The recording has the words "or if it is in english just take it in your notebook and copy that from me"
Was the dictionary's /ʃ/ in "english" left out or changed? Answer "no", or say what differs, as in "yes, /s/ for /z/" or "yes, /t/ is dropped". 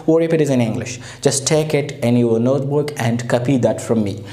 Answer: no